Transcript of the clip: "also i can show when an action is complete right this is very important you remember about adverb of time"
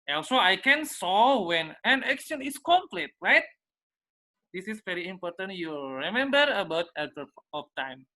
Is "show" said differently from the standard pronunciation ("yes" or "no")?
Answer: yes